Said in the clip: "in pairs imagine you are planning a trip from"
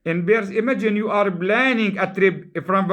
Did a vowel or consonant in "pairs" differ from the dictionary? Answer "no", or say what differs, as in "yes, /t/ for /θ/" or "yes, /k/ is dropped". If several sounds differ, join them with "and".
yes, /b/ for /p/